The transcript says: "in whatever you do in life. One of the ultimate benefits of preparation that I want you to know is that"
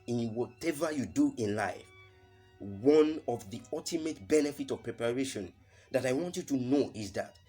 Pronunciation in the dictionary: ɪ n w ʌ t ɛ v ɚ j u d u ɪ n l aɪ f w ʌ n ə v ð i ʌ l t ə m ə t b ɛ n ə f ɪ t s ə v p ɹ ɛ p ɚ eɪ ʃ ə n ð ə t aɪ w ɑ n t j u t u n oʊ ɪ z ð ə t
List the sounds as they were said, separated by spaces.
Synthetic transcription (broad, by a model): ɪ n w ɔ t ɛ v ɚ j u d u ɪ n l aɪ f w ʌ n ə v ð i ʌ l t ə m ə t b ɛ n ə f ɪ t ə v p ɹ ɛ p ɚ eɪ ʃ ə n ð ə t aɪ w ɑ n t j u t u n oʊ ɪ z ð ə t